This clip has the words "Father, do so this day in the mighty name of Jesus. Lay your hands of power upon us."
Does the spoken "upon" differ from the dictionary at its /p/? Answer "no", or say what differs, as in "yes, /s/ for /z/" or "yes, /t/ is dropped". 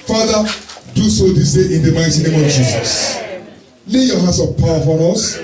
yes, /f/ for /p/